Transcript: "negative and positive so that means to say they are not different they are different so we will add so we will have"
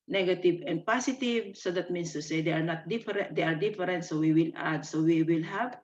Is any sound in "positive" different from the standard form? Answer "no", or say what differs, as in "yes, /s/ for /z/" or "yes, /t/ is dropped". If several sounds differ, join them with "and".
yes, /s/ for /z/